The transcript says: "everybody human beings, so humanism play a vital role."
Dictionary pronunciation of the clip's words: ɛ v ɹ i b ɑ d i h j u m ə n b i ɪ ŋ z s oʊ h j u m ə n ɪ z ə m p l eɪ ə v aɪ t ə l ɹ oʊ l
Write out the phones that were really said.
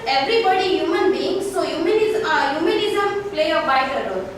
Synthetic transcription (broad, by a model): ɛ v ɹ i b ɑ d i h j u m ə n b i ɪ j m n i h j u m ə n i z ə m p l eɪ ə b aɪ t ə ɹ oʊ